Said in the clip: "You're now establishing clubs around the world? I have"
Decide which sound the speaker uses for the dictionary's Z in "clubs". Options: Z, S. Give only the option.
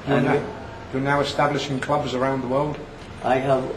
Z